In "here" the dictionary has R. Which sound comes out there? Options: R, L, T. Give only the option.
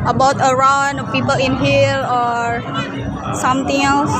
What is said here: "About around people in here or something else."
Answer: L